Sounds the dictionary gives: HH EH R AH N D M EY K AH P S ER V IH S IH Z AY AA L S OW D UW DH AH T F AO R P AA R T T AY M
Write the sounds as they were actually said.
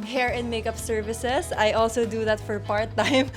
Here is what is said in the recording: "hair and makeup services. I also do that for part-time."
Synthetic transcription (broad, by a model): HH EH R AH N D M EY K AH P S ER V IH S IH S AY AA L S OW D UW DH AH T F AO R P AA R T T AY M